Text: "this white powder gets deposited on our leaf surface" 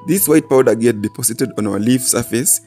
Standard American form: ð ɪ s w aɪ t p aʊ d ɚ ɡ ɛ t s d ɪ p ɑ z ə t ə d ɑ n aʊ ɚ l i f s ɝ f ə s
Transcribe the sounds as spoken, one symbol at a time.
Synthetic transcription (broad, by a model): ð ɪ s w aɪ t p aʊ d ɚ ɡ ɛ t d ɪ p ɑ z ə t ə d ɑ n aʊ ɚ l i f s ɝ f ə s